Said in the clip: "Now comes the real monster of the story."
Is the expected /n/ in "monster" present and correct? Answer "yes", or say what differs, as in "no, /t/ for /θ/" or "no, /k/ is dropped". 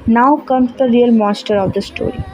no, /n/ is dropped